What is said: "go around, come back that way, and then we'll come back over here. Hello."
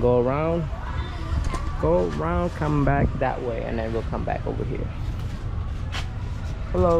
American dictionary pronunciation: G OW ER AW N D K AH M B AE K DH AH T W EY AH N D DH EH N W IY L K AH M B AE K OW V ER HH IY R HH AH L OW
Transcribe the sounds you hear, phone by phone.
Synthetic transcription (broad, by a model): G OW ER AW N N K AH M B AE K DH AH T W EY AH N DH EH N W IY L K AH M B AE K OW V ER HH IY R HH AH L OW